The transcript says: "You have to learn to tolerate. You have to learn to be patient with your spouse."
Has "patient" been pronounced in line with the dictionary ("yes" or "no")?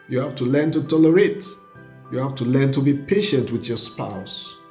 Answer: yes